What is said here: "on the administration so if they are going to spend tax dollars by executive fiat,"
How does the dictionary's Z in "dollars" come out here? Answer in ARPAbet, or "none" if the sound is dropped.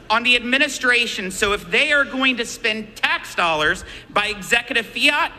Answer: Z